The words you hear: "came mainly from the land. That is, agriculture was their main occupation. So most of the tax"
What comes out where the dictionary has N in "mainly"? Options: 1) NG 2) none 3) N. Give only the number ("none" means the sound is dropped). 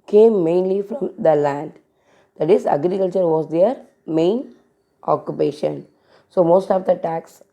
3